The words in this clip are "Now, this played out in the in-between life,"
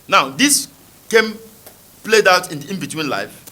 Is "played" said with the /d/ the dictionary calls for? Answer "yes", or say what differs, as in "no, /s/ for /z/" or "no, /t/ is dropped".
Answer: yes